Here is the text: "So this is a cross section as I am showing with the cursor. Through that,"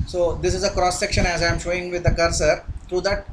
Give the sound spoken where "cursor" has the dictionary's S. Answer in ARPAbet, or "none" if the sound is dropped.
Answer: S